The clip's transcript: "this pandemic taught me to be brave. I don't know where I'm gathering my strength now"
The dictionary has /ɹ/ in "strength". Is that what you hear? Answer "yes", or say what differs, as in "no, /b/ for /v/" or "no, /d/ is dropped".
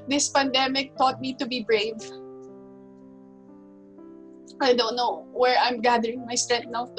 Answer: no, /ɹ/ is dropped